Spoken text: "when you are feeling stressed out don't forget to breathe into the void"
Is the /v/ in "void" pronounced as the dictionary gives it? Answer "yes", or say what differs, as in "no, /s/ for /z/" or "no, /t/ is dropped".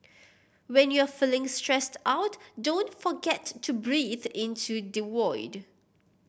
no, /w/ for /v/